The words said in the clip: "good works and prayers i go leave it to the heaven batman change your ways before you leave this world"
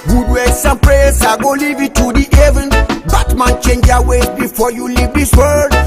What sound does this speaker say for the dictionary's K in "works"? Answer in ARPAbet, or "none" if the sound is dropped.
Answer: none